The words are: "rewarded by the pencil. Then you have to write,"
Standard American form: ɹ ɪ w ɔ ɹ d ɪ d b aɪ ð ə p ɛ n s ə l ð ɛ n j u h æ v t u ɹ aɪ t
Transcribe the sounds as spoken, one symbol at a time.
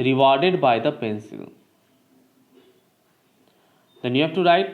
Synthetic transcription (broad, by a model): ɹ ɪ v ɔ ɹ d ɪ d b aɪ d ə p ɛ n s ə l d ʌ n j u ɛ f t u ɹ aɪ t